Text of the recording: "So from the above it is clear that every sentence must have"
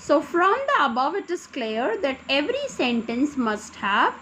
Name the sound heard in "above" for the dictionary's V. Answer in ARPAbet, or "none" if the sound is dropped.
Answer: V